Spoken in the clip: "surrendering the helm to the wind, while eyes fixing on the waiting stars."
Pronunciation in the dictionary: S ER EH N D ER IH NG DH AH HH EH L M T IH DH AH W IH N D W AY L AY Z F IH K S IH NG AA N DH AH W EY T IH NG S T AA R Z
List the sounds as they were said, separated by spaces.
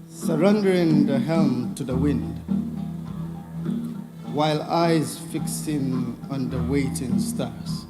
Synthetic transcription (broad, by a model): S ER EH N D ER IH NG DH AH HH EH L M T IH DH AH W IH N D W AY L AY Z F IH K S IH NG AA N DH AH W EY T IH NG S T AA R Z